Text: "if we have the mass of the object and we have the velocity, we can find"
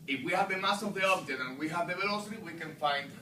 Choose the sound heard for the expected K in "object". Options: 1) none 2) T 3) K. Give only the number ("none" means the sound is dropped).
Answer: 1